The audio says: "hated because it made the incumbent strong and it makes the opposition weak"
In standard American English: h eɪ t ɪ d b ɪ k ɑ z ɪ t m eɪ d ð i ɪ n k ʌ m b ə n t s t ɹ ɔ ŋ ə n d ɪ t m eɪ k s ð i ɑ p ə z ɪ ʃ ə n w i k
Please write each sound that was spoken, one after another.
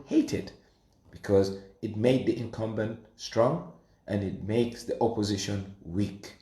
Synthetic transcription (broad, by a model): h eɪ t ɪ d b ɪ k ɑ z ɪ t m eɪ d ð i ɪ n k ʌ m b ə n t s t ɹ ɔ ŋ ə n ɪ t m eɪ k s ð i ɑ p ə z ɪ ʃ ə n w i k